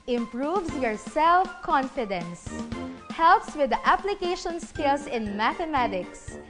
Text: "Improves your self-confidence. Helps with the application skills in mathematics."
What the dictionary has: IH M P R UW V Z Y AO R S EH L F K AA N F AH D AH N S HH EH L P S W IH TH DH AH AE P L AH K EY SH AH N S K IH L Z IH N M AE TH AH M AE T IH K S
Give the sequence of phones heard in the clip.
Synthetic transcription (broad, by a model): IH M P R UW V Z Y AO R S EH L F K AA N F AH D AH N S HH EH L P S W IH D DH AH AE P L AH K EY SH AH N S K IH L S IH N M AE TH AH M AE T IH K S